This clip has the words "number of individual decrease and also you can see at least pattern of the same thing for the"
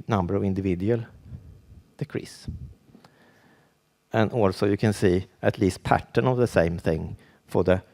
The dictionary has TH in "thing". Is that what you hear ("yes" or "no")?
yes